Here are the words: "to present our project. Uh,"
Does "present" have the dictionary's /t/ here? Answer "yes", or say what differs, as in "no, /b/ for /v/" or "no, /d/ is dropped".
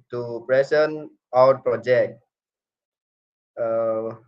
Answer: no, /t/ is dropped